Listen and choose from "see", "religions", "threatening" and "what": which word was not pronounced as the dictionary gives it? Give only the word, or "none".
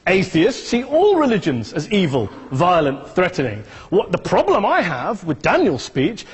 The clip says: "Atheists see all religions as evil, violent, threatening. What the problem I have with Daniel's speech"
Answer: none